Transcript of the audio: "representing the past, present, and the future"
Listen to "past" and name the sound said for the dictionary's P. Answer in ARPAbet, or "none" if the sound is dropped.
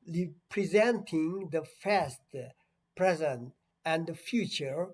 F